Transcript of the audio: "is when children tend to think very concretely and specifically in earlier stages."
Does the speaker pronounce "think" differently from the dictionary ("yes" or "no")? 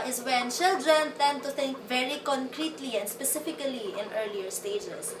yes